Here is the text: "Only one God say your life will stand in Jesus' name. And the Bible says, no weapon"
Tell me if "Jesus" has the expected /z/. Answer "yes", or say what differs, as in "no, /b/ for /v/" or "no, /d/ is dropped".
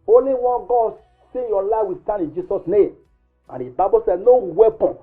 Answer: no, /s/ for /z/